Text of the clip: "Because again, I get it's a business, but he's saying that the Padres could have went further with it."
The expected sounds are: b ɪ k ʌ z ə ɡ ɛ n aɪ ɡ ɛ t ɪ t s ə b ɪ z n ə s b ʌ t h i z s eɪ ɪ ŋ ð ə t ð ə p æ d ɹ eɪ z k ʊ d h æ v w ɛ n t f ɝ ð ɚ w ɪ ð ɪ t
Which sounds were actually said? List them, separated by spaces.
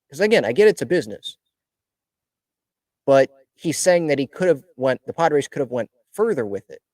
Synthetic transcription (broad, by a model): k ʌ z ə ɡ ɛ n aɪ ɡ ɛ t ɪ t s ə b ɪ z n ə s b ʌ t h i z s eɪ ɪ ŋ ð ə t ð ə p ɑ d ɹ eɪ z k ʊ d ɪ v w ɛ n t f ɝ ð ɚ w ɪ ð ɪ t